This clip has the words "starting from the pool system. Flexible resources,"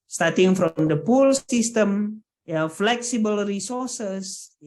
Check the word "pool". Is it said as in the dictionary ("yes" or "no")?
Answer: yes